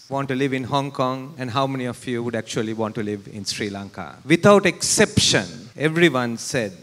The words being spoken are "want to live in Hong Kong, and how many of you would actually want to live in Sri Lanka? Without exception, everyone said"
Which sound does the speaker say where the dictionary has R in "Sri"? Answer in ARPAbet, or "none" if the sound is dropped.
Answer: R